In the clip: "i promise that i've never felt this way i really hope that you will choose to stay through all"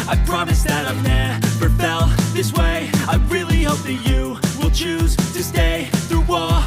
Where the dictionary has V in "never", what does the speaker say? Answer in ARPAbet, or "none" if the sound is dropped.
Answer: P